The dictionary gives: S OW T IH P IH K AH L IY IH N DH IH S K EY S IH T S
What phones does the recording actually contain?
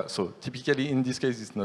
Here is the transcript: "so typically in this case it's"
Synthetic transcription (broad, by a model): S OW T IH P IH K AH L IY IH N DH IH S K EY S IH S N